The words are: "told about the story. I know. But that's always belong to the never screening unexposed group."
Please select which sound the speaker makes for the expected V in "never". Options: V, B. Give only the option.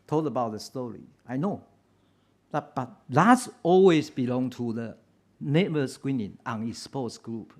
B